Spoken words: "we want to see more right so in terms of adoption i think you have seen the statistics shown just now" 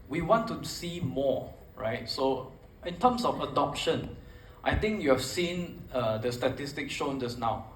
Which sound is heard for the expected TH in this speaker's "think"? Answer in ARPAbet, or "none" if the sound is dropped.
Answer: T